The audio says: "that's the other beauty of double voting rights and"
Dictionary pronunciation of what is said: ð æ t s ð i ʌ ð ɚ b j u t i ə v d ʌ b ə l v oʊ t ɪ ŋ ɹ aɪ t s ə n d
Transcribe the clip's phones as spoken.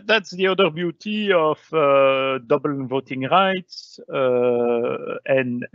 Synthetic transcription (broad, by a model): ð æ t s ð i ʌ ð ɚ b j u t i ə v d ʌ b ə l v oʊ t ɪ ŋ ɹ aɪ t s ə n